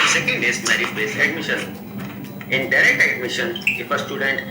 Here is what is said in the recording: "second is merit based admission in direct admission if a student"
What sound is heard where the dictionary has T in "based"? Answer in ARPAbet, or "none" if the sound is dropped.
none